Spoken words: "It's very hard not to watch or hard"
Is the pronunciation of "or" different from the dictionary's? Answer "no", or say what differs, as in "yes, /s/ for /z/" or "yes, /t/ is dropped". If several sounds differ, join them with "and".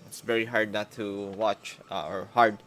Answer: no